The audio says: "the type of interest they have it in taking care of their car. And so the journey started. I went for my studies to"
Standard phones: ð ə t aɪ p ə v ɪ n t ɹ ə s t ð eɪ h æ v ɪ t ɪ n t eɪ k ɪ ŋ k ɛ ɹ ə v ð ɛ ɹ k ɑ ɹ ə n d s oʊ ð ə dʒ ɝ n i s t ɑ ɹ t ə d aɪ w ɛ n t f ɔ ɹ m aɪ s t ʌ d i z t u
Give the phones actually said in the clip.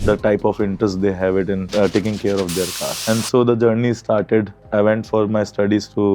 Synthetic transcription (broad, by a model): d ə t aɪ p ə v ɪ n t ɹ ə s t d eɪ h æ v ɪ t ɪ n t eɪ k ɪ ŋ k ɛ ɹ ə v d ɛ ɹ k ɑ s ə n d s oʊ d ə dʒ ɝ n i s t ɑ ɹ t ə d aɪ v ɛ n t f ɔ ɹ m aɪ s t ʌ d i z t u